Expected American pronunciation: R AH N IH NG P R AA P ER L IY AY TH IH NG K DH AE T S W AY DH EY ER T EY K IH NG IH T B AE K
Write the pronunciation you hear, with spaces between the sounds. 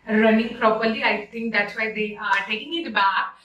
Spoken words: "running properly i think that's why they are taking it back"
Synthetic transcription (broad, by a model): R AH N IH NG P R AA P ER L IY AY S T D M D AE T S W AY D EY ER T EY K IH NG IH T B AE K